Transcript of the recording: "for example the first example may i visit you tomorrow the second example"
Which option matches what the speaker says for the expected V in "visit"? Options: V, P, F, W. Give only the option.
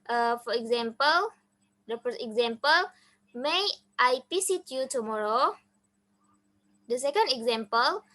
P